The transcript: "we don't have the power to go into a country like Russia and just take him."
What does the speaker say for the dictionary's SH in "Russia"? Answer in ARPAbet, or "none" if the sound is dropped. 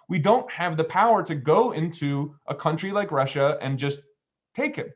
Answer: SH